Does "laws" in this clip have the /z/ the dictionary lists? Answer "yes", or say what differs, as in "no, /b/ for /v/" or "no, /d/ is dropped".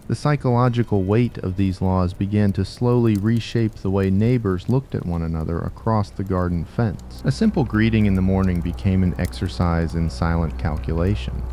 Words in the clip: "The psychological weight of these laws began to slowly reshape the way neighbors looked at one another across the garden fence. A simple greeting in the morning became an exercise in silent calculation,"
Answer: yes